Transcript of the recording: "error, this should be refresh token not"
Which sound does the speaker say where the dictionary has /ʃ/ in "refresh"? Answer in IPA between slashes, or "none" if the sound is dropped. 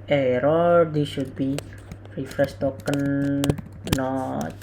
/s/